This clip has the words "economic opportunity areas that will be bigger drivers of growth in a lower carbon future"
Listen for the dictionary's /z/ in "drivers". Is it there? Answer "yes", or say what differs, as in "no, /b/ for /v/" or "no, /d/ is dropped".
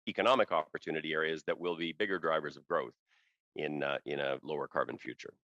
yes